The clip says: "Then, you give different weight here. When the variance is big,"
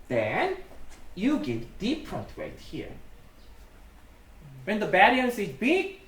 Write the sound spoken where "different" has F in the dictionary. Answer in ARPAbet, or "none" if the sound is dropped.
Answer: P